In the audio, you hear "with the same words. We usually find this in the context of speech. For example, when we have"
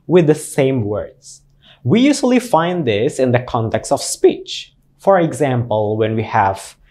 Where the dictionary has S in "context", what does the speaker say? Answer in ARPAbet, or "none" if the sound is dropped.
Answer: S